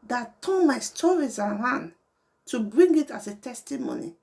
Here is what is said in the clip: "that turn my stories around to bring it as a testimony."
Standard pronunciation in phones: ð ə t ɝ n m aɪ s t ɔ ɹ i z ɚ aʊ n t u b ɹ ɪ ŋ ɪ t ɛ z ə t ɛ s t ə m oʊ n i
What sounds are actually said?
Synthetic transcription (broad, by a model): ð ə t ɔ l m aɪ s t ɔ ɹ i z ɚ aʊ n t u b ɹ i ŋ ɪ t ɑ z ə t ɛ s t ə m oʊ n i